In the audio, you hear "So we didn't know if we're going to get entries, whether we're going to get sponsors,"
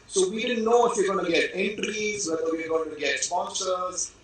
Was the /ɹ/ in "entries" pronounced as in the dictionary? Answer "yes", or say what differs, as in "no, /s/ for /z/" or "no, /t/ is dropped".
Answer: yes